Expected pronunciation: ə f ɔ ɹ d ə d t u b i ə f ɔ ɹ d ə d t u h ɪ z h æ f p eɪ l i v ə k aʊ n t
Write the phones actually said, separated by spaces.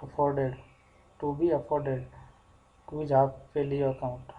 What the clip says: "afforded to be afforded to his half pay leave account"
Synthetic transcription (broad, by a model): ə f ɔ ɹ d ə d t u b i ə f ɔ ɹ d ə d t u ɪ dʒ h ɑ p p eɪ l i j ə k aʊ n t